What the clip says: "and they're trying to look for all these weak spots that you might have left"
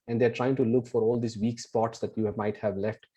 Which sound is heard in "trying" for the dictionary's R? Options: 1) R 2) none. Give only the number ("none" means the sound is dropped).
1